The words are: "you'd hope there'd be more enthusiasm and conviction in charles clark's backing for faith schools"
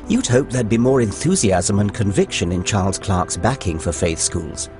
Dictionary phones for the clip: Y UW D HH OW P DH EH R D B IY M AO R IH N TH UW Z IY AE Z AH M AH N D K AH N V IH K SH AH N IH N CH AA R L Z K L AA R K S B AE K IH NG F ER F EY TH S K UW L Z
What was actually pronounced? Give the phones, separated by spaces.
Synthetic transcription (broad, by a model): Y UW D HH OW P DH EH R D B IY M AO R IH N TH UW Z IY AE Z AH M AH N K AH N V IH K SH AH N IH N CH AA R L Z K L AA R K S B AE K IH NG F ER F EY TH S K UW L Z